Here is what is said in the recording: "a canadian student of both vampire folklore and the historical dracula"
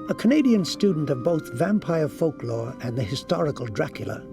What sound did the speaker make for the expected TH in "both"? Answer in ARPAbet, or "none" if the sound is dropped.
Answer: TH